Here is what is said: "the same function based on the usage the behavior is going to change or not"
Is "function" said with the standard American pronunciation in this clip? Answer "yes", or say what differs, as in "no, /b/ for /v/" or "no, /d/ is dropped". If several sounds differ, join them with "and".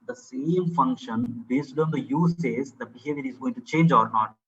yes